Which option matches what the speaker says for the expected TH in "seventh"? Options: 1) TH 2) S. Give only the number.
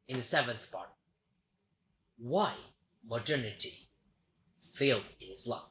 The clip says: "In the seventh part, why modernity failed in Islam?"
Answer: 1